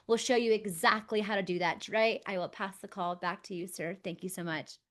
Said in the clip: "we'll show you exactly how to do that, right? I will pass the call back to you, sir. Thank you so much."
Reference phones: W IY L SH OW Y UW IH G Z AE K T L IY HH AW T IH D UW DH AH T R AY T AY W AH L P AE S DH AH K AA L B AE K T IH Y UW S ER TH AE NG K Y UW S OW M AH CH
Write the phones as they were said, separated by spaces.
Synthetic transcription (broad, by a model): W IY L SH OW Y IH IH G Z AE K T L IY HH AW T IH D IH DH AH T R AY T AY W AH L P AE S DH AH K AA L B AE K T IH Y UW S ER TH AE NG K Y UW S OW M AH CH